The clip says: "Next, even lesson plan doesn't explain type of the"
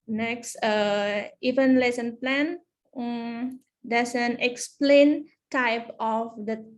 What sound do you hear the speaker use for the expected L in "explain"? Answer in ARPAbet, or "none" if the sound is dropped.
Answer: L